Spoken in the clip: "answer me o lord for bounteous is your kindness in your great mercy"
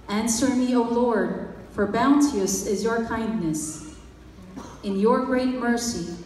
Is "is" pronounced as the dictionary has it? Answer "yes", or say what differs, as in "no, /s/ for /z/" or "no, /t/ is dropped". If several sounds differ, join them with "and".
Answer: yes